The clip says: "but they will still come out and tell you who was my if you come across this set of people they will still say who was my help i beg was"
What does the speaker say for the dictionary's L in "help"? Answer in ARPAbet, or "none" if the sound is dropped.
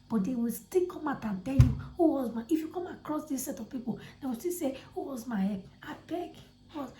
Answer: none